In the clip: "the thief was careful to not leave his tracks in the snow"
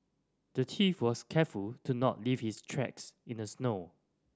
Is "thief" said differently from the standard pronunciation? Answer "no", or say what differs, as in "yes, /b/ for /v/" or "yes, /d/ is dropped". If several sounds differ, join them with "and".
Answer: yes, /t/ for /θ/